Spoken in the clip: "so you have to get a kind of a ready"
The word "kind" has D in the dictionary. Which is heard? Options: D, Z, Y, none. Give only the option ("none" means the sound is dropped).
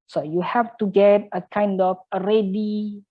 D